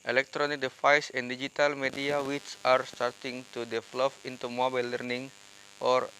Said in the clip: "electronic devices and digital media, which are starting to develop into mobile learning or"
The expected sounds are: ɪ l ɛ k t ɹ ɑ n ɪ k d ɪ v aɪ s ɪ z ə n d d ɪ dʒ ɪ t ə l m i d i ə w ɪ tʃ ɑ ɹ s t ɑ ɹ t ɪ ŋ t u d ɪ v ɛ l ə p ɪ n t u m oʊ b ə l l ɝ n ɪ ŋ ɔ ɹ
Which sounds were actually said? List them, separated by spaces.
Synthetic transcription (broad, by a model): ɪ l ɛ k t ɹ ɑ n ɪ k d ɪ f aɪ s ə n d d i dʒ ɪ t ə l m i d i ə w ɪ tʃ ɑ ɹ s t ɑ ɹ t ɪ ŋ t u d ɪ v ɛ l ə f ɪ n t u m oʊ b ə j l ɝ n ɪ ŋ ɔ ɹ